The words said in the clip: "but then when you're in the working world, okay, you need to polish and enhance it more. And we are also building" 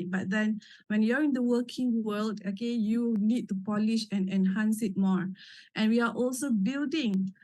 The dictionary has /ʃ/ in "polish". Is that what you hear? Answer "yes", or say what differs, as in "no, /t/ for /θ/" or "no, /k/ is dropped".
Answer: yes